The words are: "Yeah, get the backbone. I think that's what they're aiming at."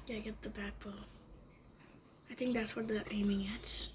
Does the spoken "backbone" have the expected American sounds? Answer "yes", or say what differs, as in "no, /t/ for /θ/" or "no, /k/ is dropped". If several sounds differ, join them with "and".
no, /l/ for /n/